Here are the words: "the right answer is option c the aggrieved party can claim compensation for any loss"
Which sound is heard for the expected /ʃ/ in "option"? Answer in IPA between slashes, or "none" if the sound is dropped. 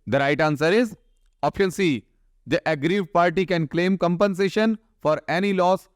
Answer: none